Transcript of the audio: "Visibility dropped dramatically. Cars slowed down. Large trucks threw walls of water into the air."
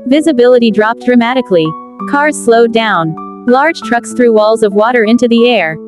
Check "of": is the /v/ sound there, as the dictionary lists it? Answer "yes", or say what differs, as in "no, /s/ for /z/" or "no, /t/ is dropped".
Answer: yes